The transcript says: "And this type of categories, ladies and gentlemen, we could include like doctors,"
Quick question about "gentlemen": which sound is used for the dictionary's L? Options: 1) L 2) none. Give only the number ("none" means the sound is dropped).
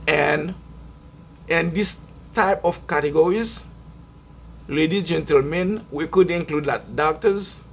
1